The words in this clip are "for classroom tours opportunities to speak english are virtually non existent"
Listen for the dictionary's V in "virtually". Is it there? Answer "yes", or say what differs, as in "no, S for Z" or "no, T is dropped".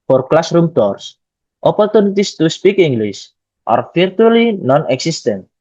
no, F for V